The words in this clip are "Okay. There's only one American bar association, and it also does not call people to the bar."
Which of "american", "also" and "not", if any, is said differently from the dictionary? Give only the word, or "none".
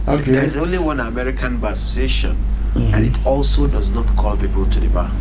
none